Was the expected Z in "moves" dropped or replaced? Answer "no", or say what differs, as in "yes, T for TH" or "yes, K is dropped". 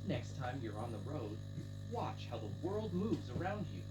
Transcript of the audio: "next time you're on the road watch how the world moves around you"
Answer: no